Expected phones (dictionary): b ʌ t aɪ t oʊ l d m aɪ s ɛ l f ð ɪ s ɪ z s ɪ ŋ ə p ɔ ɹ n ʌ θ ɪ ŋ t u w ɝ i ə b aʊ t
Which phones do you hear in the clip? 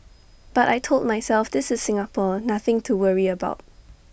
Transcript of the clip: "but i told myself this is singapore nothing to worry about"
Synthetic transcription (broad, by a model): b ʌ t aɪ t oʊ l d m aɪ s ɛ l f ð ɪ s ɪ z s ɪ ŋ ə p ɔ n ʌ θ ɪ ŋ t u w ɝ i ə b aʊ t